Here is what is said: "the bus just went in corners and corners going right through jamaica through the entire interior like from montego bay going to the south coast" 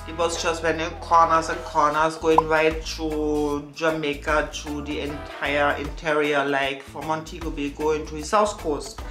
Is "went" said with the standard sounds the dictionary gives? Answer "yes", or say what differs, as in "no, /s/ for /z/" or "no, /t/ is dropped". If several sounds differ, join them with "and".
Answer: no, /t/ is dropped